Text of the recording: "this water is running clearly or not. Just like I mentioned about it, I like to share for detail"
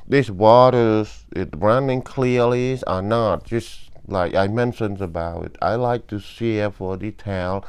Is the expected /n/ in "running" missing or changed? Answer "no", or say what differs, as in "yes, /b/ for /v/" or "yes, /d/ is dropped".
no